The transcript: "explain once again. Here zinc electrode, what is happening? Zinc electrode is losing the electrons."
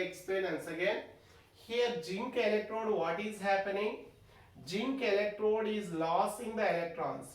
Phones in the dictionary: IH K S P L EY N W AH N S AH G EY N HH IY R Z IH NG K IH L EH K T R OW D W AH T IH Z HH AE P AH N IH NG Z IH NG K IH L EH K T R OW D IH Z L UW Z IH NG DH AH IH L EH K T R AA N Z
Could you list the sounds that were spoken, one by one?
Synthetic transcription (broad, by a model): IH K S P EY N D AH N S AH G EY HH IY R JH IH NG K IH L EH K T R OW D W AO T IH Z HH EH P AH N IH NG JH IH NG K IH L EH K T R OW D IH Z L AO S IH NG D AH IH L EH K T R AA N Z